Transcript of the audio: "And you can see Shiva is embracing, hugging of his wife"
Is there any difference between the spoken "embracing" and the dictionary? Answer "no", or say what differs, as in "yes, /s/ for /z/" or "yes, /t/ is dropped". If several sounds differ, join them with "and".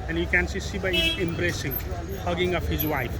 no